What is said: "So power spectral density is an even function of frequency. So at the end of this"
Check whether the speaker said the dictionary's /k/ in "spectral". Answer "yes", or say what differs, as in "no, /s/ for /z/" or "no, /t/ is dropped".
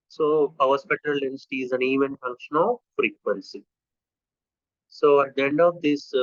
no, /k/ is dropped